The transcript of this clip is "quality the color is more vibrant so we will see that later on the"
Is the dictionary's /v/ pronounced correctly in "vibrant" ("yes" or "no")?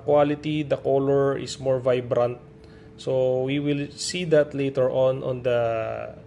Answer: yes